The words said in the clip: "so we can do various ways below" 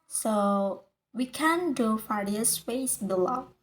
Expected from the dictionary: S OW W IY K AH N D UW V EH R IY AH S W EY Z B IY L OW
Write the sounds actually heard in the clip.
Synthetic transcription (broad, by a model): S OW W IY K AH N D UW F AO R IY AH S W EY S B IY L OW